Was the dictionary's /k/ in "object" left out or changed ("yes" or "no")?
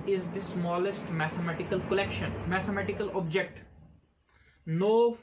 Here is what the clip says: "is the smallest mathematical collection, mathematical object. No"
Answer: no